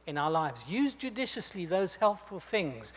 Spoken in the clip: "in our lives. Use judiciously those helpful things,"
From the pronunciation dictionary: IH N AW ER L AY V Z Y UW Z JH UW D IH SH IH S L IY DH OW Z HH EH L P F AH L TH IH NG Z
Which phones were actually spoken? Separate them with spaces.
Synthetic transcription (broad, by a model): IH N AW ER L AY V Z Y UW Z JH UW D IH SH IH S L IY DH OW Z HH EH L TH F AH L TH IH NG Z